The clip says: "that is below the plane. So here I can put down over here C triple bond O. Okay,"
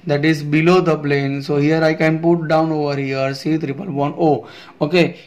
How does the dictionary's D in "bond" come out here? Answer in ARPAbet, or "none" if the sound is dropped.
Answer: none